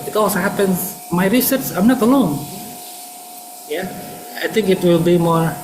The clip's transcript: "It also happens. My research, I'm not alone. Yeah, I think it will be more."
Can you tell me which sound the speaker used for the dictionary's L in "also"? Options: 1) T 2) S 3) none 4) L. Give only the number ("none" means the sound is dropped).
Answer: 3